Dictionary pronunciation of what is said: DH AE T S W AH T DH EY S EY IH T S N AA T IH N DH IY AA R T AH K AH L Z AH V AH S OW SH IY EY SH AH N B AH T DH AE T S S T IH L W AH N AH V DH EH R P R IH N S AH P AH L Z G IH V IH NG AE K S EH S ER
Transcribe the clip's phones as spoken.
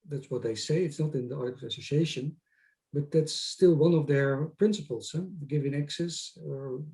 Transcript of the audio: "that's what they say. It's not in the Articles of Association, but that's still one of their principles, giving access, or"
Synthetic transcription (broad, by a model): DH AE T S W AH T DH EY S EY IH T S N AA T IH N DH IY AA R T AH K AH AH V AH S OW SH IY EY SH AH N B AH T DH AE T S S T IH L W AH N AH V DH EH R P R IH N S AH P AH L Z G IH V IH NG AE K S EH S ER